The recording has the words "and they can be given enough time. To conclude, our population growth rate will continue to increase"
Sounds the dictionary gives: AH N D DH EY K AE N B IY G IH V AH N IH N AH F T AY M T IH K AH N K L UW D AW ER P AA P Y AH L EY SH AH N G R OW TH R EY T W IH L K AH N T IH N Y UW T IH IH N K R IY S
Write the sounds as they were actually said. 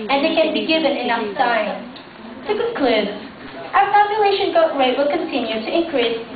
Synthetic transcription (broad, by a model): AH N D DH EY K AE N B IY G IH V AH N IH N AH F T AY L T IH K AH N K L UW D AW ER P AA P Y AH L EY SH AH N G OW T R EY W IH L K AH N T IH N Y UW T IH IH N K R IY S